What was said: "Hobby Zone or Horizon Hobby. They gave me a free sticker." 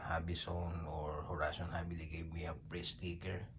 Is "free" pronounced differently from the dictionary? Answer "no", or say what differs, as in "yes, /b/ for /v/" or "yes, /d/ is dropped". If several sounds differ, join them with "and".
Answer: yes, /p/ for /f/